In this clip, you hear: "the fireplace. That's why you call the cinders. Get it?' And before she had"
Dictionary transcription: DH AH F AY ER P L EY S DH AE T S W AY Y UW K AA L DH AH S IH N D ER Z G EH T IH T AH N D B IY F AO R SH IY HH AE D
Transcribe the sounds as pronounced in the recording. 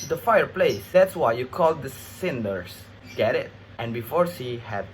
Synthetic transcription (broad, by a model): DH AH F AY ER P L EY S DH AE T S W AY Y UW K AA L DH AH S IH N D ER S G EH T IH T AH N B IY F AO R S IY HH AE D